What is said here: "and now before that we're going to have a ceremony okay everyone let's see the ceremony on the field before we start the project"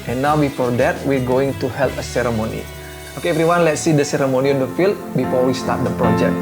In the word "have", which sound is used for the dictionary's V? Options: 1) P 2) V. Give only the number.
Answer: 1